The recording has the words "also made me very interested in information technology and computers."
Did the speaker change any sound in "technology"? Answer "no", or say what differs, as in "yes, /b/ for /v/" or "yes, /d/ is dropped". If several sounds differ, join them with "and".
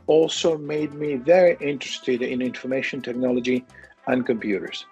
no